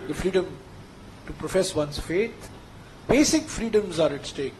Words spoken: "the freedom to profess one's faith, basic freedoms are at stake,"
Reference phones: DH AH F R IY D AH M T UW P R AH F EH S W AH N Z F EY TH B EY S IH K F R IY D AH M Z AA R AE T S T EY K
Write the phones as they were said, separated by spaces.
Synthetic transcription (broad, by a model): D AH F R IY D AH M T UW P R AH F EH S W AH N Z F EY T B EY S IH K F R IY D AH M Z AA R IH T S T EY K